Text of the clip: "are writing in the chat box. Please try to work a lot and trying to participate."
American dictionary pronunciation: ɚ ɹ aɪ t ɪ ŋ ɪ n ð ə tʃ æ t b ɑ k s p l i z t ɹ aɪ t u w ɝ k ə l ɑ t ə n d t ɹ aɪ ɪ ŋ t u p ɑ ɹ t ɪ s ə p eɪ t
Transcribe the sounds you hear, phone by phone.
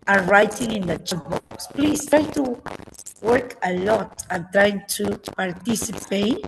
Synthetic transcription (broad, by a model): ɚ ɹ aɪ t ɪ ŋ ɪ n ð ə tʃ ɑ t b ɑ k s p l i s t ɹ aɪ t u w ɝ k ə l ɑ t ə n t ɹ aɪ ɪ ŋ t u p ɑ ɹ t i s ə p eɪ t